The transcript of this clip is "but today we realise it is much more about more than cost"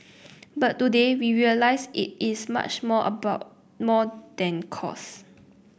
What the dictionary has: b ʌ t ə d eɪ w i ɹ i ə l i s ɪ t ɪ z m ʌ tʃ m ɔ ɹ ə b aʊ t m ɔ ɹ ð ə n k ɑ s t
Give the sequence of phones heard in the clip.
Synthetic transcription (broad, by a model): b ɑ t ə d eɪ w i ɹ i ə l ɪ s ɪ t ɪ s m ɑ tʃ m ɔ ə b aʊ t m ɔ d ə n k ɑ s